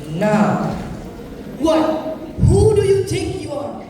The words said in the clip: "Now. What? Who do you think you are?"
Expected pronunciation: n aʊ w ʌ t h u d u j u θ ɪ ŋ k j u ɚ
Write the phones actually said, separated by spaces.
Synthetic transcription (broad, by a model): n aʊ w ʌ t h u d u j u t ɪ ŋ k j u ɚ